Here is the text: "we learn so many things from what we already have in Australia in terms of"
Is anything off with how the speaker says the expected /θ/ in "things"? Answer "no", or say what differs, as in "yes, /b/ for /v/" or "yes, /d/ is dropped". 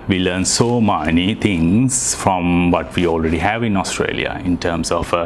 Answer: yes, /t/ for /θ/